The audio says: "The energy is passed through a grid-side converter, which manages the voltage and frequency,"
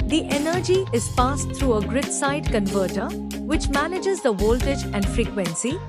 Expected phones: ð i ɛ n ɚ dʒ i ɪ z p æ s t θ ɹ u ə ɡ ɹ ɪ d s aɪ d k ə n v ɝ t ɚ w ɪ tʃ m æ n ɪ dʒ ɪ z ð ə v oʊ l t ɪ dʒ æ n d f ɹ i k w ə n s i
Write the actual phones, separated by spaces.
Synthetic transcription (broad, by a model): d i ɛ n ɚ dʒ i ɪ z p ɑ s t t ɹ u ə ɡ ɹ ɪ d s aɪ d k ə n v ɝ t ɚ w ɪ tʃ m æ n ɪ dʒ ɪ z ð ə v oʊ l t ɪ dʒ æ n d f ɹ i k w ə n s i